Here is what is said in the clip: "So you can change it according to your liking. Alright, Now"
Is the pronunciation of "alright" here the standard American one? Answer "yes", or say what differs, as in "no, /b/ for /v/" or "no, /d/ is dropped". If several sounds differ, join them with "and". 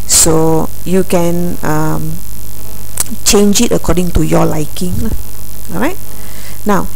no, /l/ is dropped